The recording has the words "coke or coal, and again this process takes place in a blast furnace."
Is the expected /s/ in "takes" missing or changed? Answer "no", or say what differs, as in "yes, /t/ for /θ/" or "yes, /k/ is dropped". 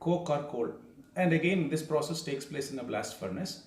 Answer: no